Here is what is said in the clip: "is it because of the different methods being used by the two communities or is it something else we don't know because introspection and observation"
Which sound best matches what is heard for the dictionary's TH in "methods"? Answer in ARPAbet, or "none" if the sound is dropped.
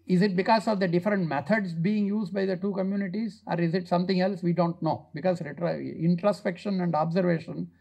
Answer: T